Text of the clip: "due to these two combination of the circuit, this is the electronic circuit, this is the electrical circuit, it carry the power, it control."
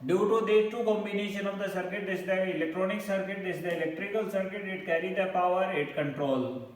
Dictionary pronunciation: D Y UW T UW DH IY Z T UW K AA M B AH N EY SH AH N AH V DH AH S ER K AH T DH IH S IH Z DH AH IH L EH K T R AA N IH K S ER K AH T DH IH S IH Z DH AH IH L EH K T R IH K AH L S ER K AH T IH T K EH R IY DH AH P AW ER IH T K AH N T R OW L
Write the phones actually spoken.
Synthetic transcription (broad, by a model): D Y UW T UW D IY T UW K AA M B AH N EY SH AH N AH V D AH S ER K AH T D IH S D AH IH L EH K T R AA N IH K S ER K AH T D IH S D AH IH L EH K T R IH K AH L S ER K AH T IH T K EH R IY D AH P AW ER IH T K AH N T R OW L